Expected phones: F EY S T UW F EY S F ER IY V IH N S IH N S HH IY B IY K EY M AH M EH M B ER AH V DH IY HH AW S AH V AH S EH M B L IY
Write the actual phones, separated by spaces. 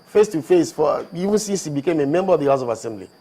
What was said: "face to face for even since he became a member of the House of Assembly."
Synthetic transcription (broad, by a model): F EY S T UW F EY S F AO IY V IH N S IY S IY B IY K EY M AH M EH M B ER AH V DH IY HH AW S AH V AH S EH M B L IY